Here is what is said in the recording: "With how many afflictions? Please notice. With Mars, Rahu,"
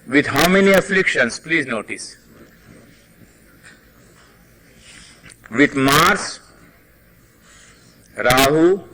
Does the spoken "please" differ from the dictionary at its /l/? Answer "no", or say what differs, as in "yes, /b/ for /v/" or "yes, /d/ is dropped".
no